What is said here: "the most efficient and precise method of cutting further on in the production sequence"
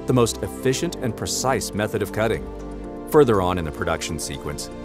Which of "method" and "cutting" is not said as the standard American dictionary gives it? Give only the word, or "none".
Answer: none